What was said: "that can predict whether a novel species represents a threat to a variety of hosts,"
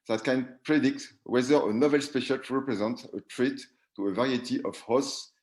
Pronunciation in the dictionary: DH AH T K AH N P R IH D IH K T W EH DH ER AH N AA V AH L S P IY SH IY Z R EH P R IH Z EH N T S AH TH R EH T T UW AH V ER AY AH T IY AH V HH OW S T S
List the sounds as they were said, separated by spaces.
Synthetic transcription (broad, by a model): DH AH T K AH N P R IH D IH K T W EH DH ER AH N AA V AH L S P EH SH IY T R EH P R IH Z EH N T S AH T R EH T T UW AH V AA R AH T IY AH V HH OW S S